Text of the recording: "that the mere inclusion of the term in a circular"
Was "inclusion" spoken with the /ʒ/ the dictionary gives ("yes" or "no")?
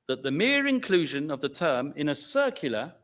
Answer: yes